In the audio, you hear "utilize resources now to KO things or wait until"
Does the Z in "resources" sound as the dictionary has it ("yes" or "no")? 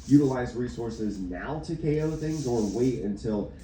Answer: yes